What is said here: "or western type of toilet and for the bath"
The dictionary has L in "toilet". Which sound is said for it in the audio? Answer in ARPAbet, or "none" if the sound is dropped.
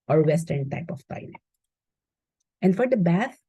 N